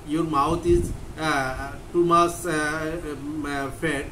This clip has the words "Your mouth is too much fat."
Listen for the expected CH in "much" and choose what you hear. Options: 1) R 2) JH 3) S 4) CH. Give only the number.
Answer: 3